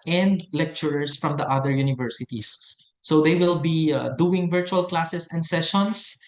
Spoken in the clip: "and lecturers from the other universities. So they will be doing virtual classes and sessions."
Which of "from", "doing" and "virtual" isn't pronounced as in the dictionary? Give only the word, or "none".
none